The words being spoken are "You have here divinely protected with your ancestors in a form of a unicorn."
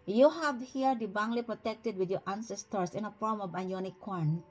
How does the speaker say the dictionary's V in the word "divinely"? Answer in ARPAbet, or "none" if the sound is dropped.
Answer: B